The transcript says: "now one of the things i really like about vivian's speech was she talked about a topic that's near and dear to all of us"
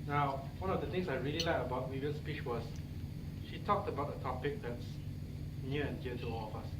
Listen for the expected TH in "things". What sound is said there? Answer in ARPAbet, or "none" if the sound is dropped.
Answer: T